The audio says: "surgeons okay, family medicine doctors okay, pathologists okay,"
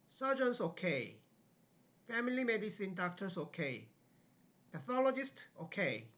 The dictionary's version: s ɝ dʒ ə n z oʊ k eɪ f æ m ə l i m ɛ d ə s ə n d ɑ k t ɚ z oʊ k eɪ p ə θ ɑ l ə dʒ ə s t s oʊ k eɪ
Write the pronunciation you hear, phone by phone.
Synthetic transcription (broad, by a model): s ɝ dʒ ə n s oʊ k eɪ f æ m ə l i m ɛ d ə s ə n d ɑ k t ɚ s oʊ k eɪ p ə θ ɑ l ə dʒ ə s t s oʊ k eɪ